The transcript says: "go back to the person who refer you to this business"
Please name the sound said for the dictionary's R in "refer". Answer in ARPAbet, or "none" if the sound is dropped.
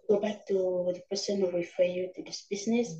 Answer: W